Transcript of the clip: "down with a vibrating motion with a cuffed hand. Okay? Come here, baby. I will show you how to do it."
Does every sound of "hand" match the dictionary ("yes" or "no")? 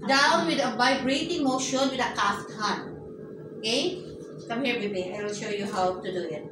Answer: no